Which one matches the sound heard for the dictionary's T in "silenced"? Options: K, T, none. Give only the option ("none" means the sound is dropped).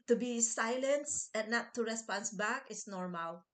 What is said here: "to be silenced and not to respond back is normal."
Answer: none